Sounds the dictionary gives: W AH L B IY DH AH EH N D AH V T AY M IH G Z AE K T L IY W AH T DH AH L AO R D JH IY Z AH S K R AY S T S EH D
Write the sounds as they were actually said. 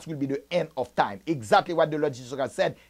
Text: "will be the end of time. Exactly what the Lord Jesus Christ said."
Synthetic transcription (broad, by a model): W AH L B IY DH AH EH N D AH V T AY M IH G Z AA K T L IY W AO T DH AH L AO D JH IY S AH K AY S S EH D